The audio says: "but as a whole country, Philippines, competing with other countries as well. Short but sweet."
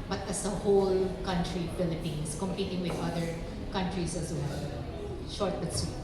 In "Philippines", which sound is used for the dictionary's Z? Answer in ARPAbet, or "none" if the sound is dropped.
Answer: S